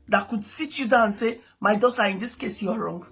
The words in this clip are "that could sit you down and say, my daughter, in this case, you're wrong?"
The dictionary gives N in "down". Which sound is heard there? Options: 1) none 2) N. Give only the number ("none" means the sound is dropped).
1